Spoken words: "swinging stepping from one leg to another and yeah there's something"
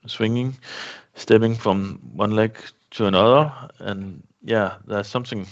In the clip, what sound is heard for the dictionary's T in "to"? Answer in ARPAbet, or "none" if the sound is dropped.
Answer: S